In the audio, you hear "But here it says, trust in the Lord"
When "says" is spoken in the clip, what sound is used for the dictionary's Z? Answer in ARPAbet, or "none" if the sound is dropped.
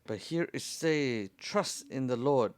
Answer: none